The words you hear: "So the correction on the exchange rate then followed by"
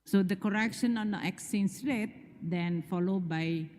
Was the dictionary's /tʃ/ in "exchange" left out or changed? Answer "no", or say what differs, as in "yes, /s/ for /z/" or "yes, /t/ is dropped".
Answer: yes, /tʃ/ is dropped